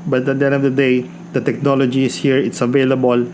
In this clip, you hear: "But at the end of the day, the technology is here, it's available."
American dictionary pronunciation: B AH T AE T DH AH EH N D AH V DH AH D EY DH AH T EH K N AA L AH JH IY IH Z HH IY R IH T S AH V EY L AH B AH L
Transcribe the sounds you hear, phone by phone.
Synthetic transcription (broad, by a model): B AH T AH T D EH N AH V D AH D EY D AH T EH K N AA L AH JH IY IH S HH IY R IH T S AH V EY L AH B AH L